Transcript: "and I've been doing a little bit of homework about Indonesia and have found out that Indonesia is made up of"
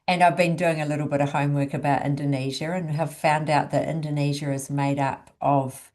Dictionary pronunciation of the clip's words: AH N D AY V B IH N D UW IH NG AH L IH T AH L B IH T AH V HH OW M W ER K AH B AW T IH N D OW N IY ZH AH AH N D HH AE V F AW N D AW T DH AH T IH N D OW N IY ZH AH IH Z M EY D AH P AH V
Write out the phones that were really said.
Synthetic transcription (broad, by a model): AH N AY V B IH N D UW IH NG AH L IH T L B IH T AH V HH OW M W ER K AH B AW T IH N D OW N IY ZH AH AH N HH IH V F AW N D AW T DH AH T IH N D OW N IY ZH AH IH Z M EY D AH P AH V